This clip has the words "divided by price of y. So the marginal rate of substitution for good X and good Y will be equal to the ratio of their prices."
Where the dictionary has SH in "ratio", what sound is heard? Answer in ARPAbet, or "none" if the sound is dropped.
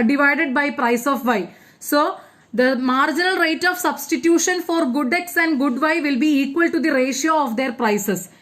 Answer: SH